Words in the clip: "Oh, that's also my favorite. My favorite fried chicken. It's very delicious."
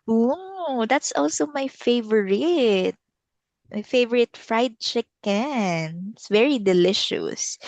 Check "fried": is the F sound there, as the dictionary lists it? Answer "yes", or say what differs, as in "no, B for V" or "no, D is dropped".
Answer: yes